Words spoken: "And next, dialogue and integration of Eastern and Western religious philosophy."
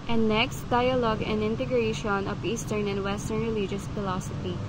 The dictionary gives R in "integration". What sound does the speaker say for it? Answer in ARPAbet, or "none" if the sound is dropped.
R